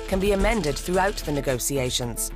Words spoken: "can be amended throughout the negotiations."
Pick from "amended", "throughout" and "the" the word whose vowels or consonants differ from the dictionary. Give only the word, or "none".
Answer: none